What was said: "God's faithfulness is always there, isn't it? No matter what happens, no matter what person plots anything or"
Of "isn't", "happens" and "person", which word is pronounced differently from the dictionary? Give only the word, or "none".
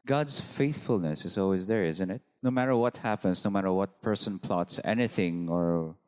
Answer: happens